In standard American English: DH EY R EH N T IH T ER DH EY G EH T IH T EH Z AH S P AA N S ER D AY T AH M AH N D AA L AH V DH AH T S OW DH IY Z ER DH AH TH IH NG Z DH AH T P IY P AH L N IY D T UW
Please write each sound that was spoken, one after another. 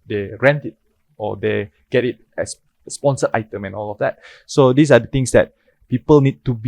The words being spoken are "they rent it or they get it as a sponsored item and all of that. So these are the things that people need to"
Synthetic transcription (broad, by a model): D EY R EH N T IH T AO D EY G EH T IH T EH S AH S P AA N S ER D AY T AH M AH N AA L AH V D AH T S OW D IY S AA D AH T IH NG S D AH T P IY P AH L N IY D T UW